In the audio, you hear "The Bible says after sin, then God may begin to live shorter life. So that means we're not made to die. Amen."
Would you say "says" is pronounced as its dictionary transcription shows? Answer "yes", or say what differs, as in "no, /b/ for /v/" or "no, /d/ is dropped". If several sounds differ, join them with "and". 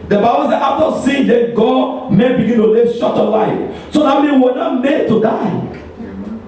no, /z/ is dropped